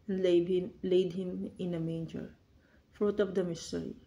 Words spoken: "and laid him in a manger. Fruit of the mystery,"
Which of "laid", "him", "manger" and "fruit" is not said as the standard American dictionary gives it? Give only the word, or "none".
none